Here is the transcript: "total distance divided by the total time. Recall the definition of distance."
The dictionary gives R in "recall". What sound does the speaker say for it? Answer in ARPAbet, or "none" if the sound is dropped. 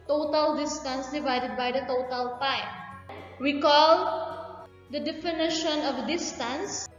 W